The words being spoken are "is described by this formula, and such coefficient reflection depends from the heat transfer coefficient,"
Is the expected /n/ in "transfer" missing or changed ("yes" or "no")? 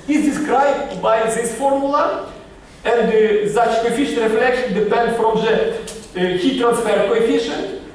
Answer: no